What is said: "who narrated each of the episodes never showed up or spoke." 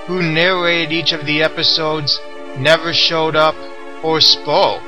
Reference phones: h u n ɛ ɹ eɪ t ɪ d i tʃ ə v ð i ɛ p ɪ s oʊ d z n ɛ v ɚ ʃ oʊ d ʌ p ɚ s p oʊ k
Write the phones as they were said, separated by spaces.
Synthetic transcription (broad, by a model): h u n ɛ ɹ eɪ t ɪ d i tʃ ə v ð i ɛ p ɪ s oʊ d z n ɛ v ɚ ʃ oʊ d ʌ p ɚ s p oʊ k